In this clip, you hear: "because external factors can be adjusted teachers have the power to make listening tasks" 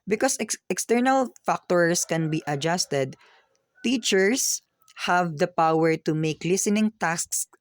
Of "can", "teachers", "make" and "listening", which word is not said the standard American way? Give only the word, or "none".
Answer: teachers